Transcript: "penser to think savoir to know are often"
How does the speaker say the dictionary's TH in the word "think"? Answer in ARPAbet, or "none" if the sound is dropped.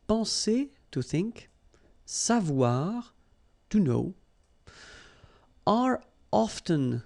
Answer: TH